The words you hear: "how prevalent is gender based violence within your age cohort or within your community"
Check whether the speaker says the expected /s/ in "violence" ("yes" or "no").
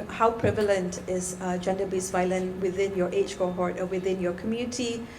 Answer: no